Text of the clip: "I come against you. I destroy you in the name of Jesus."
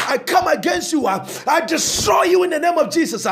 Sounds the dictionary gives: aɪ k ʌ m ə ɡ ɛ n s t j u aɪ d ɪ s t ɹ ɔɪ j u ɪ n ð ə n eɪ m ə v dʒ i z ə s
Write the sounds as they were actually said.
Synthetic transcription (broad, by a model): aɪ k ʌ m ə ɡ ɛ n s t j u aɪ d ɪ s t ɹ ɔɪ j u ɪ n ð ə n eɪ m ə v dʒ i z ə s